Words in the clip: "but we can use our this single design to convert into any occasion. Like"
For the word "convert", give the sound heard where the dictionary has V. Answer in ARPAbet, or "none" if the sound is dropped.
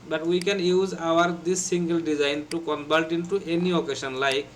B